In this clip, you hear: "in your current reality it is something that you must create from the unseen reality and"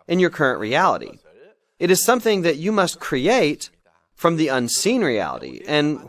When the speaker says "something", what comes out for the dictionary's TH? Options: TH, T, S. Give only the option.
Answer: TH